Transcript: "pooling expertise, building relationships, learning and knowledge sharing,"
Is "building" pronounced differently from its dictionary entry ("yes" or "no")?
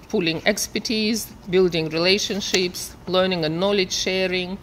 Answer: no